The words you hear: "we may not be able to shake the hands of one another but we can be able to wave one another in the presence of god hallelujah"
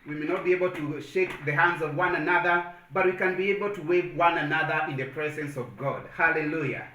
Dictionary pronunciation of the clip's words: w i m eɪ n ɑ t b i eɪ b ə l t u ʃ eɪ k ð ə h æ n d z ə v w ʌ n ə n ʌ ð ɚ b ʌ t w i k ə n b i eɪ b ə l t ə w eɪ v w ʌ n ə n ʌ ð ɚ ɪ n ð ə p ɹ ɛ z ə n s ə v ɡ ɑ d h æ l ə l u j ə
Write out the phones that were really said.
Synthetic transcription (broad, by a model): w i m eɪ n ɑ t b i eɪ b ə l t u ʃ eɪ k ð ə h æ n d z ə v w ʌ n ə n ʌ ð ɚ b ʌ t w i k ə n b i eɪ b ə l t ə w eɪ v w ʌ n ə n ʌ ð ɚ ɪ n ð ə p ɹ ɛ z ə n s ə v ɡ ɑ d h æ l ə l u j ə